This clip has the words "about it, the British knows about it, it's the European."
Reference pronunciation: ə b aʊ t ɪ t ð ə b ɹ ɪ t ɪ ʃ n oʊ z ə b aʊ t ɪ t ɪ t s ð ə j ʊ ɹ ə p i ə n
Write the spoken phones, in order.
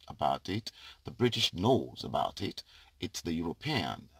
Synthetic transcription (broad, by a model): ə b aʊ t ɪ t ð ə b ɹ ɪ t ɪ ʃ n oʊ z ə b aʊ t ɪ t ɪ t s ð ə j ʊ ɹ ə p i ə n